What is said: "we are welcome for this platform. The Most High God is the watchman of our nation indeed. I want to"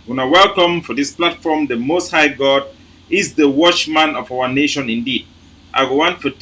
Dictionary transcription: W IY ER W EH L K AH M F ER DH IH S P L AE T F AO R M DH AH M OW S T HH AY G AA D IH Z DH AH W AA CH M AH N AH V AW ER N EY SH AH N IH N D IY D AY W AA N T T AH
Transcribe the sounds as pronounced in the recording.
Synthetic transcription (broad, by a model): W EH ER W EH L K AH M F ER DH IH S P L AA T F AO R M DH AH M OW S T HH AY G AA D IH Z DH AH W AA CH M AH N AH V AW ER N EY SH AH N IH N D IY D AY W AA N T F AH